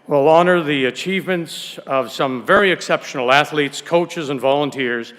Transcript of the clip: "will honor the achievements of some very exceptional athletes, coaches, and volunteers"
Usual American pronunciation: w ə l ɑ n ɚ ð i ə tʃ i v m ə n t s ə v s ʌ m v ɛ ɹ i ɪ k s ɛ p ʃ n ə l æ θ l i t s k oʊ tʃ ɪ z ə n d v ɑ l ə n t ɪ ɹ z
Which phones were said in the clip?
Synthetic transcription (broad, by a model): w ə l ɑ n ɚ ð i ə tʃ i v m ə n t s ə v s ʌ m v ɛ ɹ i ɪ k s ɛ p ʃ n l æ θ l i t s k oʊ tʃ ɪ z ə n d v ɑ l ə n t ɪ ɹ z